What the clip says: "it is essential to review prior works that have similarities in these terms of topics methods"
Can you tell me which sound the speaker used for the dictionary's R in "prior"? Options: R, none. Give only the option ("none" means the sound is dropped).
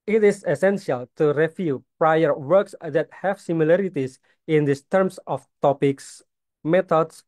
R